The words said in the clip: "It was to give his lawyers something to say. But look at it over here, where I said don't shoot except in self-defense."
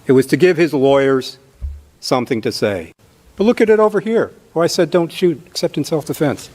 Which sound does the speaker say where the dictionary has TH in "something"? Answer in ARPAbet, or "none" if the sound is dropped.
TH